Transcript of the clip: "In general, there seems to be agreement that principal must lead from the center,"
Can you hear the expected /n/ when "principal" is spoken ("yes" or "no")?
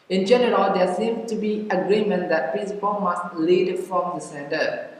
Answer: no